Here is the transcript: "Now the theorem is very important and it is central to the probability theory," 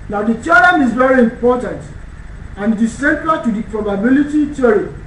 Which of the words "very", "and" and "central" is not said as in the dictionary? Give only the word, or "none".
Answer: central